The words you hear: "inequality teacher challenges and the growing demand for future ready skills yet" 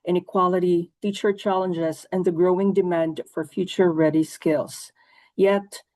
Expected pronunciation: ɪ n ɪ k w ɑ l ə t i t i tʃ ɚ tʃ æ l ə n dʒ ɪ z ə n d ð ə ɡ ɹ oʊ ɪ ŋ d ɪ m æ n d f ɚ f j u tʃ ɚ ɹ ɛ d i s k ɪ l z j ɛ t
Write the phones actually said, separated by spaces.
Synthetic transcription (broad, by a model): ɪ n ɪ k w ɑ l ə t i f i tʃ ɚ tʃ æ l ə n dʒ ɪ z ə n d ð ə ɡ ɹ oʊ ɪ ŋ d ɪ m æ n d f ɚ f j u tʃ ɚ ɹ ɛ d i s k ɪ l z j ɛ t